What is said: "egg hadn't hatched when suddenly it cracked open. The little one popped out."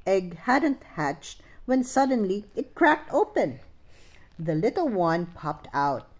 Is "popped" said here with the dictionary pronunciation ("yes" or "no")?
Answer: yes